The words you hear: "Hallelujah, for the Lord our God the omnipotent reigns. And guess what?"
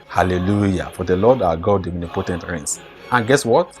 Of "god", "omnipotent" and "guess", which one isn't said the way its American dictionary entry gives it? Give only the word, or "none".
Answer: omnipotent